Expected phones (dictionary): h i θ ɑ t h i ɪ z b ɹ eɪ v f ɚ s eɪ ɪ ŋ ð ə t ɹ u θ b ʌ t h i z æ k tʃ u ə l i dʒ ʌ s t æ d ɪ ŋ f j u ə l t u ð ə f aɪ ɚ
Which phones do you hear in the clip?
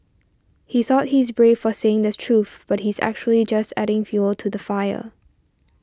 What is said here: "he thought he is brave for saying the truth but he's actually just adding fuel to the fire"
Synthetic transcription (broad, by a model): h i θ ɑ t h i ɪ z b ɹ eɪ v f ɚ s eɪ ɪ ŋ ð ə t ɹ u θ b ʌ t h i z æ k tʃ u ə l i dʒ ʌ s t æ d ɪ ŋ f j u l t u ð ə f aɪ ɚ